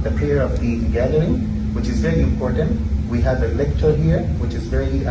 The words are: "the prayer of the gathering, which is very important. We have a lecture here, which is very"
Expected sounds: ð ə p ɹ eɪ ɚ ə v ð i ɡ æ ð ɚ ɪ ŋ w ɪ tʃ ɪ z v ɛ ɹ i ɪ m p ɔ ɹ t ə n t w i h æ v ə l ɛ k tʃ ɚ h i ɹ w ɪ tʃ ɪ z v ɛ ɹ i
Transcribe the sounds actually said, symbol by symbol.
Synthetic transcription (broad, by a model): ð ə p eɪ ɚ ə v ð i ɡ æ ð ɚ ɪ ŋ w ɪ tʃ ɪ z v ɛ ɹ i ɪ m p ɔ ɹ t ə n t w i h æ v ə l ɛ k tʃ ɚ h i ɹ w ɪ tʃ ɪ z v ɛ ɹ i